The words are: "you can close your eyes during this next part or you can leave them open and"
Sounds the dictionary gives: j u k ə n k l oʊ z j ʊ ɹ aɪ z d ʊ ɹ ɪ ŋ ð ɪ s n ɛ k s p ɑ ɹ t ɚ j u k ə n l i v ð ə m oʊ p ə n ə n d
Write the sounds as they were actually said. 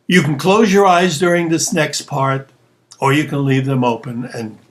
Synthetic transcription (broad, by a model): j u k n k l oʊ z j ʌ ɹ aɪ z d ʊ ɹ ɪ ŋ ð ɪ s n ɛ k s p ɑ ɹ t ɚ j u k ə n l i v ð ə m oʊ p ə n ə n